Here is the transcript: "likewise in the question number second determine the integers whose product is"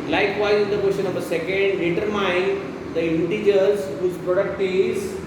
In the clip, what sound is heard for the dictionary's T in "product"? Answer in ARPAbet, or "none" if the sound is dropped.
T